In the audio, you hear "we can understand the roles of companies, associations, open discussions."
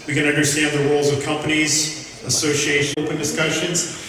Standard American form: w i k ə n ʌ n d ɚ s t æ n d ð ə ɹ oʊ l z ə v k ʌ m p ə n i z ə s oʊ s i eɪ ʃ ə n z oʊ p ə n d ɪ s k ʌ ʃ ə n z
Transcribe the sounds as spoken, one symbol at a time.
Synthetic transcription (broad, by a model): w i k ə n ʌ n d ɚ s t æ n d ð ə ɹ oʊ l z ə v k ʌ m p ə n i z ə s oʊ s i eɪ ə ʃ oʊ p ə n d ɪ s k ʌ ʃ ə n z